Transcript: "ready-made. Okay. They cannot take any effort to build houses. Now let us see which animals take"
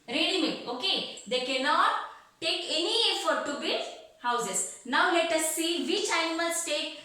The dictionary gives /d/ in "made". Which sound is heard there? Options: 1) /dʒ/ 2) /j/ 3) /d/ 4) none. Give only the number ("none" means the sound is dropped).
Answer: 4